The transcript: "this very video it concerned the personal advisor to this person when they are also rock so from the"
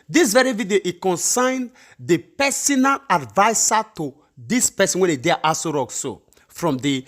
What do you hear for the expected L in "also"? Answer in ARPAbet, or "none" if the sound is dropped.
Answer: none